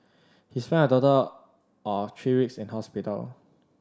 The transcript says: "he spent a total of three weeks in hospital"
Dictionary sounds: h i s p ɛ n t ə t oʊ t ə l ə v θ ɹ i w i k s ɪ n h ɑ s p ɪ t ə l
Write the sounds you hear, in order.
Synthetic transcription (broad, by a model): h i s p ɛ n ə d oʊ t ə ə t ɹ i w i k s ɪ n h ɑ s p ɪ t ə l